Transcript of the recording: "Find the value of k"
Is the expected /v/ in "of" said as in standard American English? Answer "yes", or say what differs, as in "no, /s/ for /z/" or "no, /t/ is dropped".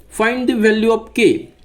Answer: no, /p/ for /v/